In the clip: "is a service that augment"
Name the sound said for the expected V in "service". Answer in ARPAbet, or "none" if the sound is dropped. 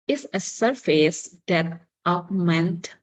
F